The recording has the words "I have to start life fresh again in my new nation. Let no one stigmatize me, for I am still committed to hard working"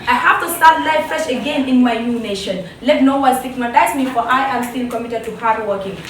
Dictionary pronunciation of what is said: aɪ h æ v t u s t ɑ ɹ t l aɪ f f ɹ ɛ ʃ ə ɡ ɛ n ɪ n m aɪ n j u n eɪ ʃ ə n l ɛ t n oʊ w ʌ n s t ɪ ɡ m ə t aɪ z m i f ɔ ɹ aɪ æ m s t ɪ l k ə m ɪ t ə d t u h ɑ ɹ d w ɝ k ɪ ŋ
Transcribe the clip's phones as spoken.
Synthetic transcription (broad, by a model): aɪ h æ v t u s t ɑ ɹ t l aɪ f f ɛ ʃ ə ɡ ɛ n ɪ n m aɪ n j u n eɪ ʃ ə n l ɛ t n oʊ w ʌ l s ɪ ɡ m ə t aɪ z m i f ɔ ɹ aɪ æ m s t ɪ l k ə m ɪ t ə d t u h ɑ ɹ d w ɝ k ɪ ŋ